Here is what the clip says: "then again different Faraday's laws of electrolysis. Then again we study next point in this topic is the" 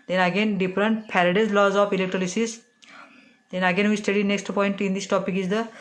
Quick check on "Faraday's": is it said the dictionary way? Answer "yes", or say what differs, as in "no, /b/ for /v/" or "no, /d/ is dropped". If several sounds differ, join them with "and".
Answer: no, /p/ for /f/